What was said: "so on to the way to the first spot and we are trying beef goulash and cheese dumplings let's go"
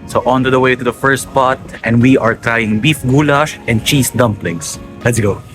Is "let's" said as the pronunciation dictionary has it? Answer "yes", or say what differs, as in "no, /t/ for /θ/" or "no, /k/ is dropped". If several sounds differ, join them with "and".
yes